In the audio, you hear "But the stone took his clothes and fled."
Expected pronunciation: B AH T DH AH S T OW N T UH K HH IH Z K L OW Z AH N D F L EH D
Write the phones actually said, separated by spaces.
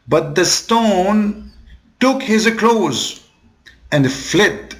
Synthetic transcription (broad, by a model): B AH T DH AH S T OW N T UH K HH IH Z K L OW Z AH N D F L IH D